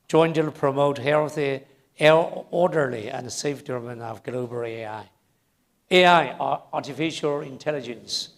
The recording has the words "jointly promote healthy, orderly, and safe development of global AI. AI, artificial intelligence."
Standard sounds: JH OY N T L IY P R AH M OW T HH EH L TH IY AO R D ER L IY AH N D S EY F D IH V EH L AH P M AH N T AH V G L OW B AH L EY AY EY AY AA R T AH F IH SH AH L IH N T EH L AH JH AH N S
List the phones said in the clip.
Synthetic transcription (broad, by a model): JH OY N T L P R AH M OW T HH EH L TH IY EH R D ER L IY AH N S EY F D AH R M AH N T AH V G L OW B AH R EY AY EY AY AA R T AH F IH SH AH L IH N T EH L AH JH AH N S